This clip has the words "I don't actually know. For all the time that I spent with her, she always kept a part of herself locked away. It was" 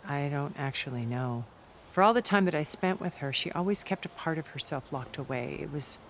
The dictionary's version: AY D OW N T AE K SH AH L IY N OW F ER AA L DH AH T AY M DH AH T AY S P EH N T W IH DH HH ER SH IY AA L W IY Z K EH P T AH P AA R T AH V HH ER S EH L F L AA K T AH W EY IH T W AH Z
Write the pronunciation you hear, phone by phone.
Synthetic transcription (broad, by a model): AY D OW N T AE K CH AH L IY N OW F ER AA L DH AH T AY M DH AH T AY S P EH N T W IH DH ER SH IY AA L W IY Z K EH P T AH P AA R T AH V HH ER S EH L F L AA K T AH W EY IH T W AH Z